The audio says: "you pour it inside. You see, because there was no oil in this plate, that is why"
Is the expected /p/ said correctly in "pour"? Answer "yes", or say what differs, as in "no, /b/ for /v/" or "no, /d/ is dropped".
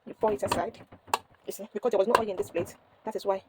no, /f/ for /p/